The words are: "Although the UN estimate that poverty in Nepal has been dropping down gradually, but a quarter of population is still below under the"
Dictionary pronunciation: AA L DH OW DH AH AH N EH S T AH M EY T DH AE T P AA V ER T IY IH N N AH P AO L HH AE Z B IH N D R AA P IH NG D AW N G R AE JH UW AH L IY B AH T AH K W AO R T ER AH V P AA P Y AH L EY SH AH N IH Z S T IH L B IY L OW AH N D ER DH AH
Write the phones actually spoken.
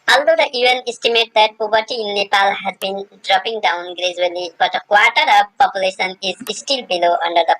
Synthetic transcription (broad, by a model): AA L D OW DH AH AH N EH S T AH M EY T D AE T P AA B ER T IY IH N N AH P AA L HH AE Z B IH N D R AA P IH NG D AW N G R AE JH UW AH L IY B AH T AH K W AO R T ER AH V P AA P Y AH L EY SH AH N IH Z S T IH L B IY L OW AH N D ER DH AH